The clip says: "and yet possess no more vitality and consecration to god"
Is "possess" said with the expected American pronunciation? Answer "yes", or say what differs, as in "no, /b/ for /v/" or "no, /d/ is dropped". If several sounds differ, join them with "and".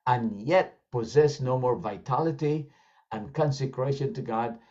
yes